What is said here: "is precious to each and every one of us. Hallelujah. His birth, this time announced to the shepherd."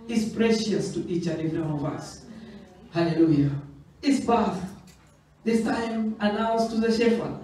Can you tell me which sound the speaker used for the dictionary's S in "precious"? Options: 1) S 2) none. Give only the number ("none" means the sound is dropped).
1